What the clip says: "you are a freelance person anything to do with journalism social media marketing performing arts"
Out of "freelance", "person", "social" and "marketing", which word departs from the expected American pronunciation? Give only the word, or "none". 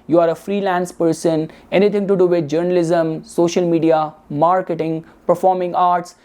none